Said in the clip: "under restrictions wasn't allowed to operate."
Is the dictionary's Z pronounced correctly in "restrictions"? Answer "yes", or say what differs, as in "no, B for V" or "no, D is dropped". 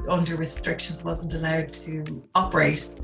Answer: yes